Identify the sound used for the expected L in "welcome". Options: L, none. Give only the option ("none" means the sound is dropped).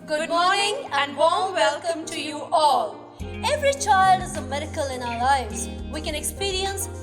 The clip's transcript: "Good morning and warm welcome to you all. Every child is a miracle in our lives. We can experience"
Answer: L